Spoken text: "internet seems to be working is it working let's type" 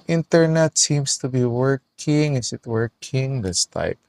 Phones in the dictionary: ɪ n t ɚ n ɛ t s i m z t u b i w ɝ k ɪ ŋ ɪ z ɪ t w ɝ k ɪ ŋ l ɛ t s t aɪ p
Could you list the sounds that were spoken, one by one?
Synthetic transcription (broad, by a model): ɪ n t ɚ n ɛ t s i m s t u b i w ɝ k ɪ ŋ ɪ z ɪ t w ɝ k ɪ ŋ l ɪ s t aɪ p